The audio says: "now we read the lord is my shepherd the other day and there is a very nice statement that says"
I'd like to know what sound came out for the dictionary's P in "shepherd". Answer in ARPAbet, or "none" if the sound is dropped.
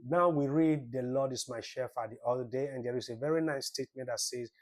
F